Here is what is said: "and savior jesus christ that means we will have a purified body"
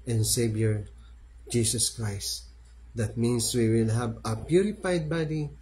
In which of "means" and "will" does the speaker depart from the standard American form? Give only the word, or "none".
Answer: means